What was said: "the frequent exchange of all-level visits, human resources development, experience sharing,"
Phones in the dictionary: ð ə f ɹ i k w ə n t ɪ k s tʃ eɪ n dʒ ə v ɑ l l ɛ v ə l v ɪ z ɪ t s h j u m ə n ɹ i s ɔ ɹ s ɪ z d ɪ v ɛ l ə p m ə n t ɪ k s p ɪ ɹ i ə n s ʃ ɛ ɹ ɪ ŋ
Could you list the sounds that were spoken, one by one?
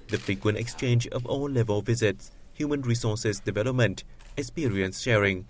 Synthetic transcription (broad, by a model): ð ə f ɹ i k w ə n t ɪ k s tʃ eɪ n dʒ ə v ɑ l l ɛ v ə l v ɪ z ɪ t s h j u m ə n ɹ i s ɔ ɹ s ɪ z d ɪ v ɛ l ə p m ə n t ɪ k s p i ɹ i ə n s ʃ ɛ ɹ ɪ ŋ